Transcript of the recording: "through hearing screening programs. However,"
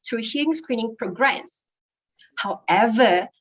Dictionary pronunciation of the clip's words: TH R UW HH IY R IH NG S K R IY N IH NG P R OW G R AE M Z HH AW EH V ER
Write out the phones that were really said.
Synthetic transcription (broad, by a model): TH R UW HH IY IH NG S K R IY N IH NG P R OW G R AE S HH AW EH V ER